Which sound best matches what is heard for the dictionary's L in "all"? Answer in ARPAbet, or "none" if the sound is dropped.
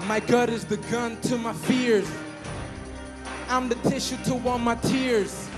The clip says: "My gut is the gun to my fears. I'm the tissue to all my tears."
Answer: N